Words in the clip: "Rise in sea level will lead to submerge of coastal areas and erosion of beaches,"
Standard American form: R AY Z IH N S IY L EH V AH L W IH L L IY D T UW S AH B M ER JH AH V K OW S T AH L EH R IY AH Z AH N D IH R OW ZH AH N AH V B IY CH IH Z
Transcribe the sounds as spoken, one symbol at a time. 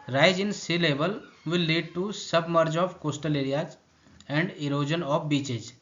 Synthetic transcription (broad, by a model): R AY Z IH N S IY L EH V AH L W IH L L IY D T UW S AH B M ER JH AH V K OW S T AH L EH R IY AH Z AH N D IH R OW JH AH N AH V B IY CH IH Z